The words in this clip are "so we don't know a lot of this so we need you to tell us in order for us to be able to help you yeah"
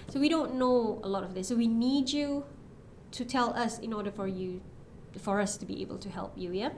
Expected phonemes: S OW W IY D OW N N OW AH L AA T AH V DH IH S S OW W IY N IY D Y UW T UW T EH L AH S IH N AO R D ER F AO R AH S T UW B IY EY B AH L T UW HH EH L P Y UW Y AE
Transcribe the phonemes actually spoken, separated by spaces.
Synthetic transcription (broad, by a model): S OW W IY D OW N N OW AH L AA T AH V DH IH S S OW W IY N IY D Y UW T UW T EH L AH S IH N AO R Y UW F AO R AH S T UW B IY EY B AH L T UW HH EH L P Y UW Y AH